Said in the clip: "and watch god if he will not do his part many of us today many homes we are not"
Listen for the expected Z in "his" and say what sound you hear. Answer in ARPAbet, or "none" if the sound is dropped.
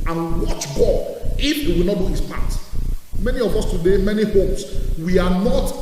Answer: S